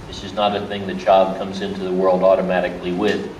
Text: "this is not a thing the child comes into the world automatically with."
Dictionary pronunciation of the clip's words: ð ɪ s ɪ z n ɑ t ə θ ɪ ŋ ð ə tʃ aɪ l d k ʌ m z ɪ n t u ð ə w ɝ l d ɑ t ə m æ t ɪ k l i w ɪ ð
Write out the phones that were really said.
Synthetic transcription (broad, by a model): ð ɪ s ɪ z n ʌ t ə θ ɪ ŋ ð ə tʃ aɪ l d k ʌ m z ɪ n t u ð ə w ɝ l d ɑ t ə m æ t ɪ k l i w ɪ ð